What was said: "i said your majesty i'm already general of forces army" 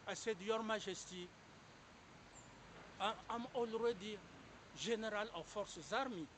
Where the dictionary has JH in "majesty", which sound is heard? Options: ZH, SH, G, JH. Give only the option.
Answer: ZH